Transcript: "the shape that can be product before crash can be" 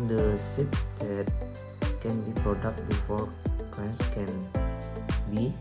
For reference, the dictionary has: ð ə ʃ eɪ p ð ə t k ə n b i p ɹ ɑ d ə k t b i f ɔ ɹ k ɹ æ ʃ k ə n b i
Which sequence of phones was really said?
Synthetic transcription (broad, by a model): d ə s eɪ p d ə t k ə n b i p ɹ ɑ d ə k t b i f ɔ ɹ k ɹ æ s k ə n b i